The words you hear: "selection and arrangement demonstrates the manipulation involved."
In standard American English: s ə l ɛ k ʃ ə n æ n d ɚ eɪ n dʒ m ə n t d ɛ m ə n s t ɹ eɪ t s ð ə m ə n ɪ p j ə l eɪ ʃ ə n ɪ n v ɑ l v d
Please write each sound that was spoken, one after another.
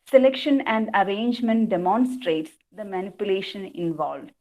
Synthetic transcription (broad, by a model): s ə l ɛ k ʃ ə n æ n d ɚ eɪ n dʒ m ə n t d ɛ m ə n s t ɹ eɪ t s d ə m ə n ɪ p j ə l eɪ ʃ ə n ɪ n v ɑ l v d